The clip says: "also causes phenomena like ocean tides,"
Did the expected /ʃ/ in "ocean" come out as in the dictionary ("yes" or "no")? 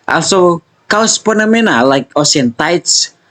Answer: no